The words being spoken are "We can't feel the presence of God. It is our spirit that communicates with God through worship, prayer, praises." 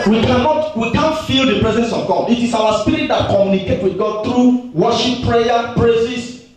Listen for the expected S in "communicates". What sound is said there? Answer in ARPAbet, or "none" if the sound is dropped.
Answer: none